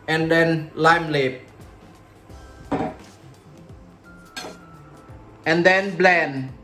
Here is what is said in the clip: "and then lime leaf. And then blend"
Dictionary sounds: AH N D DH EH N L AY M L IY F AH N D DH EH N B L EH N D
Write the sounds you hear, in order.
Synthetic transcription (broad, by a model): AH N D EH N L AY M L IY P AH N D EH N B L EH N